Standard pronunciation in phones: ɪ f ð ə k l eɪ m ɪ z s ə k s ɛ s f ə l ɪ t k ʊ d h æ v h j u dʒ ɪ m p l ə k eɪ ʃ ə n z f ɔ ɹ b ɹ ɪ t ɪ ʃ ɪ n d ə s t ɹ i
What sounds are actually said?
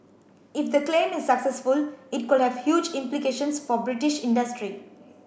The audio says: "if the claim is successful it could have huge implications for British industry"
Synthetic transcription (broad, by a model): ɪ f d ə k l eɪ m ɪ z s ə k s ɛ s f ə l ɪ t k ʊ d h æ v h j u dʒ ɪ m p l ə k eɪ ʃ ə n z f ɔ ɹ b ɹ ɪ t ɪ ʃ ɪ n d ə s t ɹ i